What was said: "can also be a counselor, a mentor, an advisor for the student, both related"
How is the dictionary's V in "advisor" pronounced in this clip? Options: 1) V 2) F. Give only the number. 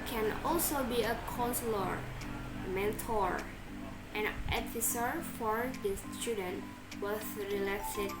2